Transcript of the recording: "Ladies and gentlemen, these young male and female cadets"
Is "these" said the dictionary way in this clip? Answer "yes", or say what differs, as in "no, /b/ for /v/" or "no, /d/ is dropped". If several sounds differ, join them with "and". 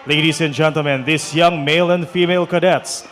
no, /s/ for /z/